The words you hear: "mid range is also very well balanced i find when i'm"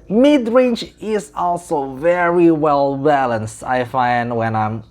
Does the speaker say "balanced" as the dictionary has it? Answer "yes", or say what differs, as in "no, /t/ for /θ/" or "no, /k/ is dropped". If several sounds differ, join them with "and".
yes